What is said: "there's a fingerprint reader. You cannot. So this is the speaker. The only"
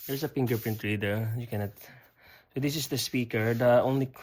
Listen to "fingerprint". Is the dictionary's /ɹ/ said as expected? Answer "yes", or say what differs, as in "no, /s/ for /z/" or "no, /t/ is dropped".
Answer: no, /ɹ/ is dropped